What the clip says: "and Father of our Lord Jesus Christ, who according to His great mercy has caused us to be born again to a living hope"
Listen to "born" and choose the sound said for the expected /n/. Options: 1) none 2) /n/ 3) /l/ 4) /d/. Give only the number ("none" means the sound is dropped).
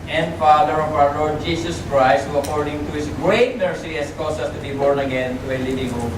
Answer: 2